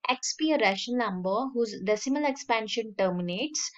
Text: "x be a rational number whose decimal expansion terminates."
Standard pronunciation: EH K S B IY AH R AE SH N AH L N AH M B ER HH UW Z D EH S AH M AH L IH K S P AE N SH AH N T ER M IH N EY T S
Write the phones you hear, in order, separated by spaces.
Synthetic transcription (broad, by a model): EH K S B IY AH R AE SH AH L N AH M B ER HH UW Z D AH S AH M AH L IH K S P AE N SH AH N T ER M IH N EY T S